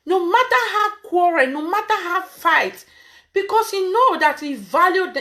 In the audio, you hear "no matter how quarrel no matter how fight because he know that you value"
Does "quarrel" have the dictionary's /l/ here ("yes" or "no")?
no